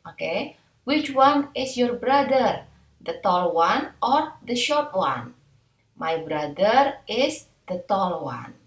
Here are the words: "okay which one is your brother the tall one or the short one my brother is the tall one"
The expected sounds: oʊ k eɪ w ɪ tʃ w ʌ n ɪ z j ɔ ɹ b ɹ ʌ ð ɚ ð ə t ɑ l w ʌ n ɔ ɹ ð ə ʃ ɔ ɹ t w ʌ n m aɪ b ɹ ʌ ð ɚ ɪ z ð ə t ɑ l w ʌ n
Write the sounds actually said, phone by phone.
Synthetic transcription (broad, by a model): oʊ k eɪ w ɪ tʃ w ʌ n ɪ s j ɔ ɹ b ɹ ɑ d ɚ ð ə t ɑ l w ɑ n ɔ ɹ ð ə ʃ ɔ ɹ t w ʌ n m aɪ b ɹ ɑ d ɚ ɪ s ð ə t ɑ l w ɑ n